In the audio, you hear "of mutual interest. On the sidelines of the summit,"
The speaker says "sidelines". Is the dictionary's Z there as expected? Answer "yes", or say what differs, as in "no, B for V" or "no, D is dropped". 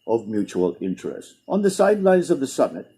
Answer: yes